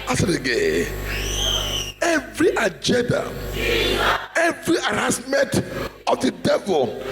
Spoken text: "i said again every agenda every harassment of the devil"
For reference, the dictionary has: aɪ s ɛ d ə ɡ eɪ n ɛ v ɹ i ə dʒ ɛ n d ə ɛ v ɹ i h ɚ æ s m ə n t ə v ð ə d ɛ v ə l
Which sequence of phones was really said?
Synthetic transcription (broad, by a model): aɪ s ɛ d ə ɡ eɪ ɛ v ɹ i ə dʒ ɛ n d ə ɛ v ɹ i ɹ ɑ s m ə n t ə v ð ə d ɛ v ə l